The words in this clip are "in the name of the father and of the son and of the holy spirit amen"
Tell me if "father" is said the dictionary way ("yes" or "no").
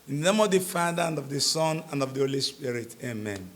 yes